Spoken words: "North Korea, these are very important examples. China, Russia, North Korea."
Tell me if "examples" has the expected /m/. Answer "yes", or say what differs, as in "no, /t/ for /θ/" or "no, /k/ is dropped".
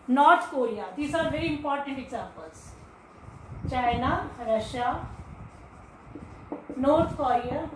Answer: no, /m/ is dropped